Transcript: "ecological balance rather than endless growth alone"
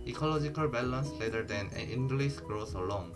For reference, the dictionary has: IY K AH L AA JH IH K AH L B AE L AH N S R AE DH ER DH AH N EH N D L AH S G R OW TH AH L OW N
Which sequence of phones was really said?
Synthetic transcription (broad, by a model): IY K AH L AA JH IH K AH L B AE L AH N S L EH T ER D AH N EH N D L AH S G R OW S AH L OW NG